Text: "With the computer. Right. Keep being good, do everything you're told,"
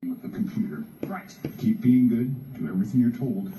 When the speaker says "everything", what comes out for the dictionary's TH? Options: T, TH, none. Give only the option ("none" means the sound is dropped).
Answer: TH